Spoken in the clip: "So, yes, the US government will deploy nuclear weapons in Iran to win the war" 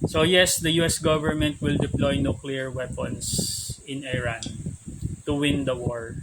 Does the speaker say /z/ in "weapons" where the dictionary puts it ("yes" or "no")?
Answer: no